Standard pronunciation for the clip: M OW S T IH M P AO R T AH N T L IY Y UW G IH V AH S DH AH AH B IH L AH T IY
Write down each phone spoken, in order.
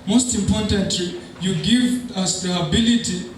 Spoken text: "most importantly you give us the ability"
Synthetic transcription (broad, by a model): M OW S T IH M P AO R T AH N T L IY Y UW G IH V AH S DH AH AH B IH L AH T IY